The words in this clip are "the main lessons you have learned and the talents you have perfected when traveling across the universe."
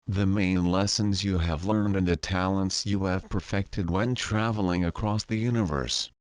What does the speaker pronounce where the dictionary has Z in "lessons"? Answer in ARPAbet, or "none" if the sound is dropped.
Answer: Z